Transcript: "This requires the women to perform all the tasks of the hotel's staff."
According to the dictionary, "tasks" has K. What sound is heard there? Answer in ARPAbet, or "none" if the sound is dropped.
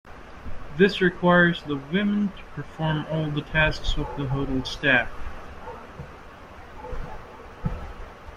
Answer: K